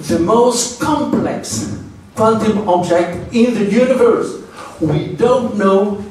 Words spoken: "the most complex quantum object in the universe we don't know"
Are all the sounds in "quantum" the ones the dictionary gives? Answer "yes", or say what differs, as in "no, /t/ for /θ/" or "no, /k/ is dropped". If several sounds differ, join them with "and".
no, /l/ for /n/